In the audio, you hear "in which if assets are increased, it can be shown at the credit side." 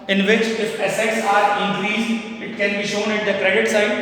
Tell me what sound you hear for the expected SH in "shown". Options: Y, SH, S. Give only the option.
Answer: SH